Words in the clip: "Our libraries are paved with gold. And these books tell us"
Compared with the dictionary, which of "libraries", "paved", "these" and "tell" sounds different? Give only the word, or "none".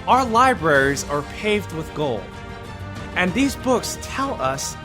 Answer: none